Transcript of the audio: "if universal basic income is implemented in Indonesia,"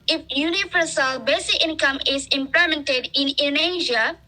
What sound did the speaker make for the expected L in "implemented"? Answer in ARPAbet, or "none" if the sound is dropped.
none